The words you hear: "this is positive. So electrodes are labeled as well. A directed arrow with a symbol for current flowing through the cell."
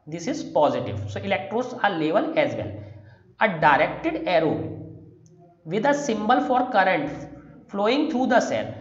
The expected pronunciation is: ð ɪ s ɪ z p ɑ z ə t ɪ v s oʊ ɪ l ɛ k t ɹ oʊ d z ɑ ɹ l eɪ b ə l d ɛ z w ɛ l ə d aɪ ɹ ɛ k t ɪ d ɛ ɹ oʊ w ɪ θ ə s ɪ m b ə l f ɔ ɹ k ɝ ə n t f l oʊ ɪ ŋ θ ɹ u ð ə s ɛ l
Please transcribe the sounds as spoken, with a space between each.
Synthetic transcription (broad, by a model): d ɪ s ɪ z p ɑ z ə t ɪ v s oʊ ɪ l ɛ k t ɹ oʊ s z ɑ ɹ l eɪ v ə l ɛ z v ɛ l ə d aɪ ɹ ɛ k t ɪ d ɛ ɹ oʊ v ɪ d ə s ɪ m b ə l f ɔ ɹ k ɝ ə n t f l oʊ ɪ ŋ t ɹ u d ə s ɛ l